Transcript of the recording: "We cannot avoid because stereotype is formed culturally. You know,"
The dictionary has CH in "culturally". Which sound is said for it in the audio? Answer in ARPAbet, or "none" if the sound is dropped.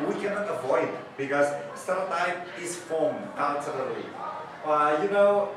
none